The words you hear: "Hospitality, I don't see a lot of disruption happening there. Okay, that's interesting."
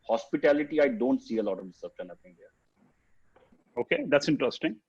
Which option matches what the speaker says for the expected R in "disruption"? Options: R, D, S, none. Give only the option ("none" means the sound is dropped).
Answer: none